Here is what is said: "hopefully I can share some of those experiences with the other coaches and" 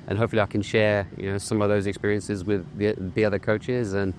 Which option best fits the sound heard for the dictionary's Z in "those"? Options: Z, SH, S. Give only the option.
Z